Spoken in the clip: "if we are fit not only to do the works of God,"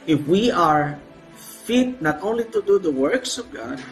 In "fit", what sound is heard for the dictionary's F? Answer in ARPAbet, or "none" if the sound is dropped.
F